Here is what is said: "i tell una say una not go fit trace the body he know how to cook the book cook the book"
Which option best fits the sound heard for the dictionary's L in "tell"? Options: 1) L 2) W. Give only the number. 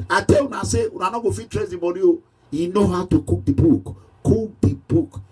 2